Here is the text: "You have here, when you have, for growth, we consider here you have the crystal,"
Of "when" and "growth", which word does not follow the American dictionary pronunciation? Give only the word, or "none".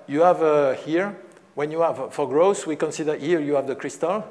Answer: growth